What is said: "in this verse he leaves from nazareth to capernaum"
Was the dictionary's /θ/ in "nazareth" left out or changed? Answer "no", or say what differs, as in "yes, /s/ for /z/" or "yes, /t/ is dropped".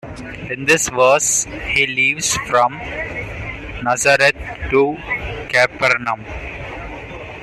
yes, /t/ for /θ/